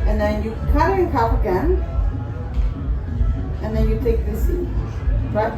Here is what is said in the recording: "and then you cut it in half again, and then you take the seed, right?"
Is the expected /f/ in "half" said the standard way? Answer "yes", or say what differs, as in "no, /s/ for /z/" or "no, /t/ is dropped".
no, /p/ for /f/